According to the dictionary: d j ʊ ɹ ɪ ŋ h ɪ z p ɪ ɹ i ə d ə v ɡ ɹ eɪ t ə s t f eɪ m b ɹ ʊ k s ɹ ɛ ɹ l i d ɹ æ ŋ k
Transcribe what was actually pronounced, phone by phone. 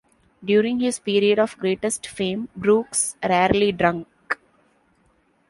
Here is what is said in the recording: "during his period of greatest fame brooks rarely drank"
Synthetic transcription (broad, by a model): d j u ɹ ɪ ŋ h ɪ z p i ɹ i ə d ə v ɡ ɹ eɪ t ə s t f eɪ m b ɹ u k s ɹ ɛ ɹ l i d ɹ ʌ ŋ k